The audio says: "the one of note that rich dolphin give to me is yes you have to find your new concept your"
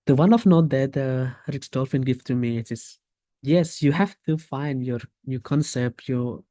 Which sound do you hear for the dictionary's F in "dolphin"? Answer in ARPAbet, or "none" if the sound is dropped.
F